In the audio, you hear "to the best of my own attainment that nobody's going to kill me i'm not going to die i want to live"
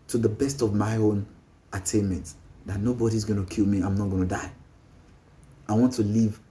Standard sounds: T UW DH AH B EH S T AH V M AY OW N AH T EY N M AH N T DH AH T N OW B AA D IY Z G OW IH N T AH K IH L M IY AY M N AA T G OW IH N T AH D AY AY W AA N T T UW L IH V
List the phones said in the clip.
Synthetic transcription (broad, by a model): T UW DH AH B EH S T AH V M AY OW N AH T EY N M AH N T DH AH T N OW B AA D IY Z G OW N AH K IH L M IY AY M N AA T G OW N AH D AY AY W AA N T T UW L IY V